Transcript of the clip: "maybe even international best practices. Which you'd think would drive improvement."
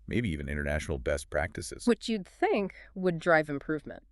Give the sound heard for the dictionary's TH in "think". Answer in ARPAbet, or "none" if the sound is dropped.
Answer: TH